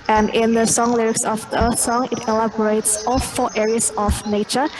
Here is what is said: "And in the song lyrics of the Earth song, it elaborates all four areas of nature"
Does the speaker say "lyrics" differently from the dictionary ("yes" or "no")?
no